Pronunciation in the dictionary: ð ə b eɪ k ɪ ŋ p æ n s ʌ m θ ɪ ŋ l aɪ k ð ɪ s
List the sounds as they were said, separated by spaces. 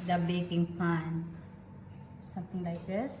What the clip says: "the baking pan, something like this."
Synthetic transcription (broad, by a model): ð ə b eɪ k ɪ ŋ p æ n s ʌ m t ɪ ŋ l aɪ k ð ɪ s